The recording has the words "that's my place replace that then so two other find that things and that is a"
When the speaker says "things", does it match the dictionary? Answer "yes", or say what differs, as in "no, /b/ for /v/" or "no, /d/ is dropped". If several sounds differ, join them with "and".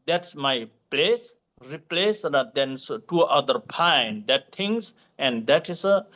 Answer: no, /t/ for /θ/